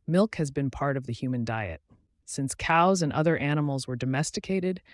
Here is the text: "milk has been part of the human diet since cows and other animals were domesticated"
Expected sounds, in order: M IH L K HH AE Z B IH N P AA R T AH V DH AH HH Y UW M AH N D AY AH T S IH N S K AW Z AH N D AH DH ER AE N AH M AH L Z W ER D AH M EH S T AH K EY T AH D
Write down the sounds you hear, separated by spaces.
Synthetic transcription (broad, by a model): M IH L K HH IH Z B IH N P AA R T AH V DH AH HH Y UW M AH N D AY AH T S IH N S K AW Z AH N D AH DH ER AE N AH M L Z W ER D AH M EH S T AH K EY T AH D